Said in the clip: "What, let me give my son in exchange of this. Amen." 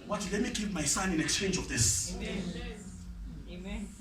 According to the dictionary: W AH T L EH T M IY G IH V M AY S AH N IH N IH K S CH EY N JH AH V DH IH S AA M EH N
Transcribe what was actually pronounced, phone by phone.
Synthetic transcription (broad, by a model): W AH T L EH T M IY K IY P M AY S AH N IH N IH K S CH EY N JH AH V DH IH S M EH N